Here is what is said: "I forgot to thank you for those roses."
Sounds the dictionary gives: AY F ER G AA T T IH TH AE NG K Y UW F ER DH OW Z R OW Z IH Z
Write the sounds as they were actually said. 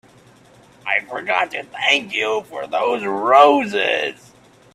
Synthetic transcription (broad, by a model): AY F ER G AA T T IH TH AE NG K Y UW F ER DH OW Z R OW Z IH Z